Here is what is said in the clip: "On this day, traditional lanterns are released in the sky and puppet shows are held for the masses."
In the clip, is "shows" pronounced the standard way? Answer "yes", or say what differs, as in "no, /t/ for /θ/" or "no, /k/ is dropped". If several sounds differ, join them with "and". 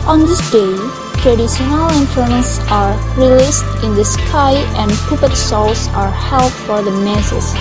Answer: no, /s/ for /ʃ/